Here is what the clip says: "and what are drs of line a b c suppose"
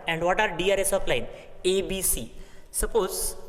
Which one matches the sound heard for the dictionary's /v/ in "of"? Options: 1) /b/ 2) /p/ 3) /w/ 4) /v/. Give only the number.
2